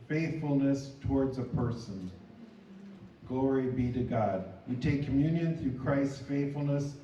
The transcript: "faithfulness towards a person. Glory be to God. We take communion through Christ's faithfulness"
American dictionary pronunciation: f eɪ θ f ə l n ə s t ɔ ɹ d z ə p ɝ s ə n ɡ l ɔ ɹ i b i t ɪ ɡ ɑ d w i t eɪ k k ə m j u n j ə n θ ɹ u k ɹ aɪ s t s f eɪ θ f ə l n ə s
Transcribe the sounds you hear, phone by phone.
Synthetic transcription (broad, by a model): f eɪ θ f l n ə s t ɔ ɹ d z ə p ɝ s ə n ɡ l ɔ ɹ i b i t ɪ ɡ ɑ d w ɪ t eɪ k k ə m j u n j ə n θ ɹ u k ɹ aɪ s t s f eɪ θ f l n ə s